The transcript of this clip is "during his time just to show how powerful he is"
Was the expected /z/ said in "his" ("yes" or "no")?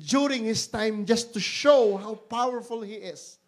no